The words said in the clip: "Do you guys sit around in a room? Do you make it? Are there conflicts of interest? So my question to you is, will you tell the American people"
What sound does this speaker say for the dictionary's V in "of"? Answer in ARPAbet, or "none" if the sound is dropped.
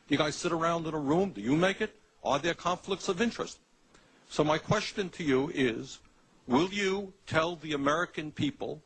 V